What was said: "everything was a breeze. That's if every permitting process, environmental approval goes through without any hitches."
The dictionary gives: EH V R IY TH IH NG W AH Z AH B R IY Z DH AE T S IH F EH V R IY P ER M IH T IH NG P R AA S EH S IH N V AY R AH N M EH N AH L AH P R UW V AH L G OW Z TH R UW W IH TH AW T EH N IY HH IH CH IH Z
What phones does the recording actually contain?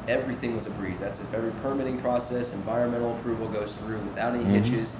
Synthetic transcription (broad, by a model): EH V R IY TH IH NG W AH Z AH B R IY Z DH AE T S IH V EH R IY P ER M IH T IH NG P R AA S EH S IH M V AY R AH N M EH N L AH P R UW V L G OW Z TH R UW W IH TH AW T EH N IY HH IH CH IH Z